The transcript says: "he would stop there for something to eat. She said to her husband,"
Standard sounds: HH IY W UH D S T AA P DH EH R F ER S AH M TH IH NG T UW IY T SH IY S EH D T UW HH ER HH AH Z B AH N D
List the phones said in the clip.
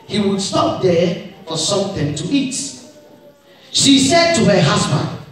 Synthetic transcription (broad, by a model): HH IY W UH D S T AA P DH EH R F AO S AH M TH IH NG T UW IY T SH IY S EH D T UW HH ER HH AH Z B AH N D